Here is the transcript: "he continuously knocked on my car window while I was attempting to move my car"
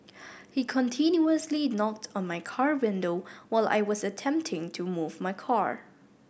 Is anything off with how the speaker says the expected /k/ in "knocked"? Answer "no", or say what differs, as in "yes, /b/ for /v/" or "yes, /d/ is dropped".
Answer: no